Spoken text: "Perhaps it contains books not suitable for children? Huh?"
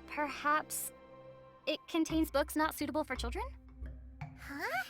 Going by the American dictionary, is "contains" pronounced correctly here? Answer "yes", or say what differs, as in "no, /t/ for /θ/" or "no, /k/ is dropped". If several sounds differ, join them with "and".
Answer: yes